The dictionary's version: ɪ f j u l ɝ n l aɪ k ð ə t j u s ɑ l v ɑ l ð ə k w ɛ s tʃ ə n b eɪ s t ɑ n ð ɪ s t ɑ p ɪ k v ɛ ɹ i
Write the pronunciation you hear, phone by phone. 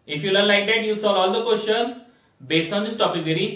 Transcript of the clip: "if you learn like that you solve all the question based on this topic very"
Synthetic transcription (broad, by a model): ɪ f j u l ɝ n l aɪ k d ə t j u s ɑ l ɑ l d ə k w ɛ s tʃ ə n b eɪ s t ɑ n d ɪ s t ɑ p ɪ k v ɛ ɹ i